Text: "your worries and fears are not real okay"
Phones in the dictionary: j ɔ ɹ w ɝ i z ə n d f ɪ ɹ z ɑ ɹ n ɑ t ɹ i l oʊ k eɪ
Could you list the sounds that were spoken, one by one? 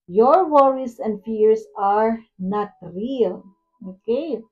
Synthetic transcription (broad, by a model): j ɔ ɹ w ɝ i s ə n d f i ɹ s ɑ ɹ n ɑ t ɹ i l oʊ k eɪ